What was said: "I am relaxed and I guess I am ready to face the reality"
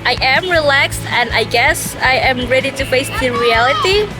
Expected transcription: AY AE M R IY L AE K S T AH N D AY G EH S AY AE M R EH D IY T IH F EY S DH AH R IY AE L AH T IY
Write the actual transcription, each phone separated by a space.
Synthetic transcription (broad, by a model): AY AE M R IY L AE K S T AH N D AY G EH S AY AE M R EH D IY T IH F EY S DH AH R IY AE L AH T IY